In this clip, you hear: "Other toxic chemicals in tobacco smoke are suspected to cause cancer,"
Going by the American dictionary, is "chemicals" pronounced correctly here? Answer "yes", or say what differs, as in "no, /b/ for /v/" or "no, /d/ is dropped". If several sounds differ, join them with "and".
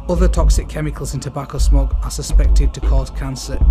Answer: yes